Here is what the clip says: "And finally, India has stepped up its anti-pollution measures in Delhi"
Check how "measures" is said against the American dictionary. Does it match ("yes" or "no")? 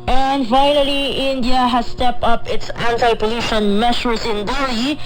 no